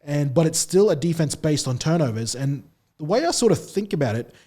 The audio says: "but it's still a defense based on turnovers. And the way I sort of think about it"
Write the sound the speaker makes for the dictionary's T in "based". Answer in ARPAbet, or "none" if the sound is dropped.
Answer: T